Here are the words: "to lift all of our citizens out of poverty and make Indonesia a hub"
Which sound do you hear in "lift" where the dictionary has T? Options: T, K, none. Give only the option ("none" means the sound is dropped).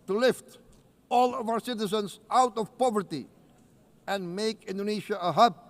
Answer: T